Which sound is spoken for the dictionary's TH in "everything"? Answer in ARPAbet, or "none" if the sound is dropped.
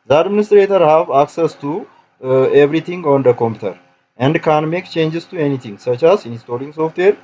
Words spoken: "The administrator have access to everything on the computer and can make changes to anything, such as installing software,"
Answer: T